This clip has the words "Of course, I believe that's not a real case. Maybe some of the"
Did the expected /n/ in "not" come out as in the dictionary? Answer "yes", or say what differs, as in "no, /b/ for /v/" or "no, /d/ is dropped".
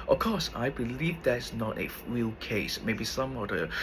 yes